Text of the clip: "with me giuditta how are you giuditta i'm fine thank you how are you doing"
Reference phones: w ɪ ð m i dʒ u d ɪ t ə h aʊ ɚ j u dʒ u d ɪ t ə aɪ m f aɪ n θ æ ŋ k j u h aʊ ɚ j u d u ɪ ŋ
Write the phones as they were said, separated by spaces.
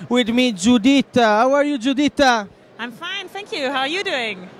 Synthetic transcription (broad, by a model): w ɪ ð m i dʒ u d ɪ t ə h aʊ ɚ j u dʒ u d ɪ t ə aɪ m f aɪ n θ æ ŋ k j u h aʊ ɚ j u d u ɪ ŋ